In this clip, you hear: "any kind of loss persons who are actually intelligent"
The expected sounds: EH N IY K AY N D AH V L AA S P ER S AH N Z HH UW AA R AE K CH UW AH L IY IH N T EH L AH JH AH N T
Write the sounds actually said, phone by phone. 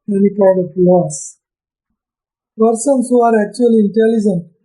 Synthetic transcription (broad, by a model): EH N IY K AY D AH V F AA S P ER S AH N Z HH UW AA R AE K CH UW AH L IY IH N T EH L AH JH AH N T